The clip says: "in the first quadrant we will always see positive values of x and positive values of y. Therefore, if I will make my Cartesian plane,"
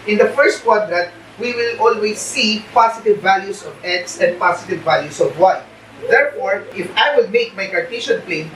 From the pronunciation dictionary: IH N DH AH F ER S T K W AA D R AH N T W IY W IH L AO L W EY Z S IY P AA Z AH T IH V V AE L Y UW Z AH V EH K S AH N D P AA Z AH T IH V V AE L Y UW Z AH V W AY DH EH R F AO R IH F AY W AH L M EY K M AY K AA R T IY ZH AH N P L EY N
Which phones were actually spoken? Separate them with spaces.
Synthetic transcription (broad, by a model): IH N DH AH F ER S T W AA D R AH T W IY W IH L AO L W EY S IY P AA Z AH T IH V V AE L Y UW S AH V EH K S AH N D P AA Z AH T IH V V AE L Y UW S AH V W AY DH EH R F AO R IH F AY W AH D M EY K M AY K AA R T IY SH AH N P L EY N